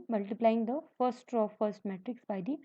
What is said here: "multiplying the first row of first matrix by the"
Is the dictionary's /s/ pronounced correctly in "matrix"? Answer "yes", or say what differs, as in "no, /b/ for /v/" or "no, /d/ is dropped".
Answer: yes